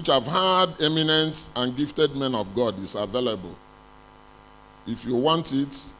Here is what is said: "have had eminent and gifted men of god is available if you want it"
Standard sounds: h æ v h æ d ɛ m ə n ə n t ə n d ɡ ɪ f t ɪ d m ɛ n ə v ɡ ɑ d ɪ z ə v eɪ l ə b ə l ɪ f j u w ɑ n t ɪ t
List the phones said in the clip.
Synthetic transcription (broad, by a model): h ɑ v h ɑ d ɛ m ə n ə n t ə n ɡ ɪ f t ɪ d m ɛ n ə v ɡ ɑ d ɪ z ə v eɪ l ə b ə l ɪ f j u w ɑ n t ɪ t